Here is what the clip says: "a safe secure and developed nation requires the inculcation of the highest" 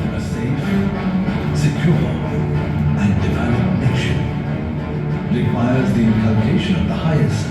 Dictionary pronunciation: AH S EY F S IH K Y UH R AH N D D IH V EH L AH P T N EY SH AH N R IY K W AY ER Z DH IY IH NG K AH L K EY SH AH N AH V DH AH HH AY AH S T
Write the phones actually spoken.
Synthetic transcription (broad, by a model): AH S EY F S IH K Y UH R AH N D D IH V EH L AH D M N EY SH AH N R IY K W AY ER Z DH IY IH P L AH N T EY SH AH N AH V DH AH HH AY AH S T